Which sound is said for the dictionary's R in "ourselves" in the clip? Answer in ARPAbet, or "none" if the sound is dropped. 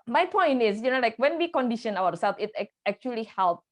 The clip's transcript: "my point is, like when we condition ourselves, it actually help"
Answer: W